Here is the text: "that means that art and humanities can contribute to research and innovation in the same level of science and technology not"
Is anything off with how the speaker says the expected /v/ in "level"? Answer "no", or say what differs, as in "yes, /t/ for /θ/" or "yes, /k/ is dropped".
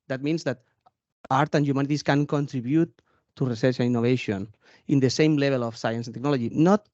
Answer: yes, /b/ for /v/